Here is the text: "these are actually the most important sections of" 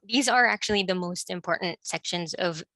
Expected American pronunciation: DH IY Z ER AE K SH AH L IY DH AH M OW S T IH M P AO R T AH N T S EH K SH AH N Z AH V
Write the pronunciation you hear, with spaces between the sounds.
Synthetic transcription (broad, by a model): DH IY Z ER AE K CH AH L IY DH AH M OW S T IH M P AO R T N T S EH K SH AH N Z AH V